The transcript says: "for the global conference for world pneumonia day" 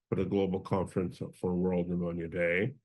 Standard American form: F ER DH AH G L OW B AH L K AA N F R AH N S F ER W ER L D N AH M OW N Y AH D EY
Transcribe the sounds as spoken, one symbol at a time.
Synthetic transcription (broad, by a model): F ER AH G L OW B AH L K AA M F R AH N S F ER W ER L D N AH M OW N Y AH D EY